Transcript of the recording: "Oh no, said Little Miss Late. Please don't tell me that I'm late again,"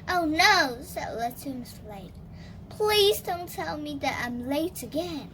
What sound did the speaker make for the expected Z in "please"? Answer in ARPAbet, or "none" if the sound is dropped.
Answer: Z